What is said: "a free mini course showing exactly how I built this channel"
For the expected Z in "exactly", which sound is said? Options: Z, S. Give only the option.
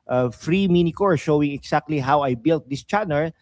S